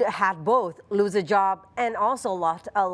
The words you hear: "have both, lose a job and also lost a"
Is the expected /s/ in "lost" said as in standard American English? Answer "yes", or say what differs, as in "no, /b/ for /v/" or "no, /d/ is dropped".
no, /s/ is dropped